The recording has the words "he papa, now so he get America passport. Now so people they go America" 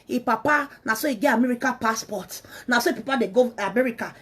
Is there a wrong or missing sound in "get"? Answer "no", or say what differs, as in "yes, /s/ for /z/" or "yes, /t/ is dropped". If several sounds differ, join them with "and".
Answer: yes, /t/ is dropped